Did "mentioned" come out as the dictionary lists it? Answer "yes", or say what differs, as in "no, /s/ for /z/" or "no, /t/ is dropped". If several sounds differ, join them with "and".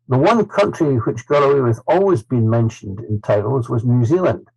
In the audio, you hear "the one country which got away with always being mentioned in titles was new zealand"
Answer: yes